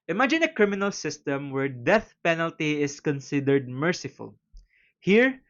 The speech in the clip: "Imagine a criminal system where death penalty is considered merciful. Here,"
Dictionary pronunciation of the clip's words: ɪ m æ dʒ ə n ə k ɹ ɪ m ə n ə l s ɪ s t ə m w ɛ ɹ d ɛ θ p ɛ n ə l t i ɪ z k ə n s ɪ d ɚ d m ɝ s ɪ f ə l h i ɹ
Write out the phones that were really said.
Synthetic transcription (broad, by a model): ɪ m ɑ dʒ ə n ə k ɹ ɪ m ə n ə l s ɪ s t ə m w ɛ ɹ d ɛ θ p ɛ n ə l t i ɪ s k ə n s ɪ d ɚ d m ɝ s ɪ f ə l h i ɹ